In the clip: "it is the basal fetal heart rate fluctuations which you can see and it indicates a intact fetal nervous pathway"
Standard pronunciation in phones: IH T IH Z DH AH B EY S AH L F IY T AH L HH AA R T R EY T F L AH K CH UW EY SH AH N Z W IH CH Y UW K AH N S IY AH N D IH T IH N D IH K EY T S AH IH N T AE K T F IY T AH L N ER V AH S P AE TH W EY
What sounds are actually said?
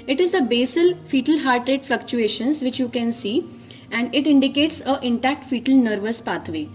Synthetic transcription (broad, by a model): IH T IH Z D AH B EY S AH L F IY T AH L HH AA R T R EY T F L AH K CH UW EY SH AH N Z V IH CH Y UW K AH N S IY AH N D IH T IH N D IH K EY T S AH IH N T AE K T F IY T AH L N ER V AH S P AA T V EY